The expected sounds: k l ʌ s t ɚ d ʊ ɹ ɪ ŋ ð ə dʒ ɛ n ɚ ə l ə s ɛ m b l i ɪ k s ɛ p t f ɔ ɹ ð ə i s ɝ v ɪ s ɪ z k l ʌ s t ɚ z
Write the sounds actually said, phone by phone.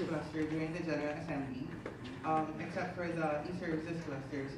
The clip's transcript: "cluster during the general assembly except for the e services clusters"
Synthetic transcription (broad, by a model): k l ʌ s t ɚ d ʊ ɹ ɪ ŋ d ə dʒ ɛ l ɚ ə n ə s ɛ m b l i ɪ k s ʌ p f ɔ ɹ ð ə i s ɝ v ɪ s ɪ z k l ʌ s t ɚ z